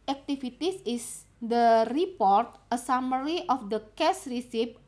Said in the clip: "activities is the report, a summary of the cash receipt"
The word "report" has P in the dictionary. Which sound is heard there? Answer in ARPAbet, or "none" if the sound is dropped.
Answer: P